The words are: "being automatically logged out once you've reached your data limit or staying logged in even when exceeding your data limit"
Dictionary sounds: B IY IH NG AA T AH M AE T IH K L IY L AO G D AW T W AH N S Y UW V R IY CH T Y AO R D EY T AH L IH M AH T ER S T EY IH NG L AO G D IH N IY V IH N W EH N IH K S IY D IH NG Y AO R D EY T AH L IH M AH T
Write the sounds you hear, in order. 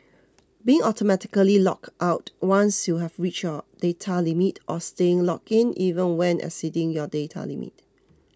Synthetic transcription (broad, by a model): B IY IH NG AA T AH M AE T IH K L IY L AO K AW T W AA N S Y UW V R IY CH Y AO D EY T AH L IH M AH T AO S T EY IH NG L AO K IH N IY V IH N W EH N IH S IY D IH NG Y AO D EY T AH L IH M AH T